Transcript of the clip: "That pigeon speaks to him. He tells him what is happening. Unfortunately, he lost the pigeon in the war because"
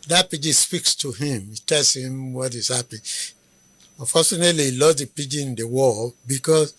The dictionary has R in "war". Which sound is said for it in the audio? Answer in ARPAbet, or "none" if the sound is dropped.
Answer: L